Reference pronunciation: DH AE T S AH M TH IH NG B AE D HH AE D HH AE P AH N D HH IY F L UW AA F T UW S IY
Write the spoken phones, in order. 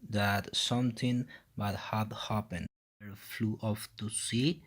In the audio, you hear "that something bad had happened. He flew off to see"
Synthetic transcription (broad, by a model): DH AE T S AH M T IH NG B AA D HH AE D HH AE P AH N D F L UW AA F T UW S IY